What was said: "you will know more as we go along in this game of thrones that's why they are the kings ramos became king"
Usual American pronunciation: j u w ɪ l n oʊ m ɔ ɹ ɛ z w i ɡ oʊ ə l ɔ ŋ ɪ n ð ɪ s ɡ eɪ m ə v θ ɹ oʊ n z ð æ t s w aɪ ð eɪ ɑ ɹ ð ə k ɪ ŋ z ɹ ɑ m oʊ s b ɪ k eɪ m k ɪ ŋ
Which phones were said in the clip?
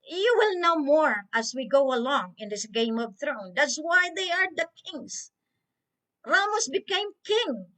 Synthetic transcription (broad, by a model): j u w ɪ l n oʊ m ɔ ɹ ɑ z w i ɡ oʊ ə l ɔ ŋ ɪ n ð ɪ s ɡ eɪ m ə v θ ɹ oʊ n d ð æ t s w aɪ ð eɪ ɑ ɹ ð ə k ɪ ŋ s ɹ ɑ m oʊ s b ɪ k eɪ m k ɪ ŋ